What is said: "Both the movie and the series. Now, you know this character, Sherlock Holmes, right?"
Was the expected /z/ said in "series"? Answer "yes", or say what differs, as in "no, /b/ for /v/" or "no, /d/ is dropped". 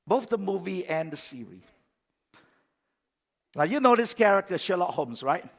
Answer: no, /z/ is dropped